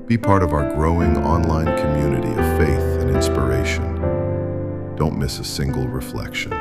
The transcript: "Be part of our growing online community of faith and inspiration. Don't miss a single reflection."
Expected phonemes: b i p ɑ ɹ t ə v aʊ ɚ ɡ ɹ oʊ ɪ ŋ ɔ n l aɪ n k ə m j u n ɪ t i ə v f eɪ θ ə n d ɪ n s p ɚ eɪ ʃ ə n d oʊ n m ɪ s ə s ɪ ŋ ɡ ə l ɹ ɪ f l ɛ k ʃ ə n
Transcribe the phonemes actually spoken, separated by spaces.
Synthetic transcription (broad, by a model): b i p ɑ ɹ t ə v aʊ ɚ ɡ ɹ oʊ ɪ ŋ ɔ n l aɪ n k ə m j u n ɪ t i ə v f eɪ θ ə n ɪ n s p ɚ eɪ ʃ ə n d oʊ n m ɪ s ə s ɪ ŋ ɡ l ɹ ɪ f l ɛ k ʃ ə n